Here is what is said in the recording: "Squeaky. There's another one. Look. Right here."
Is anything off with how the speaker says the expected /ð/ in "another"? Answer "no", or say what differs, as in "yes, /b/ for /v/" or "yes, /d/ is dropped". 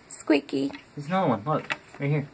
yes, /ð/ is dropped